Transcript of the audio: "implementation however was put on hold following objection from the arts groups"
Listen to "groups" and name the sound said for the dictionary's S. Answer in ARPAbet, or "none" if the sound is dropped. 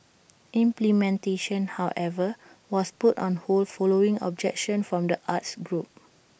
none